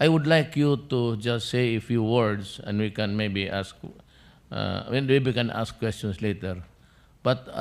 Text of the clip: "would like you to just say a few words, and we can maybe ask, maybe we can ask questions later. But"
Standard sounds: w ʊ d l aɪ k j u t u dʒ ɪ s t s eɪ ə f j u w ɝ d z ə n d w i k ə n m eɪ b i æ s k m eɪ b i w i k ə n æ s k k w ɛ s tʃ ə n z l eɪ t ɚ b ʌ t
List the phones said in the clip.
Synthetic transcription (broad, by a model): w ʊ d l aɪ k j u t u dʒ ɪ s t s eɪ ə f j u w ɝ d s ə n d w i k ə n m eɪ b i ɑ s k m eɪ b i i k ə n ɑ s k k w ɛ s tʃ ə n s l eɪ t ɚ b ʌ t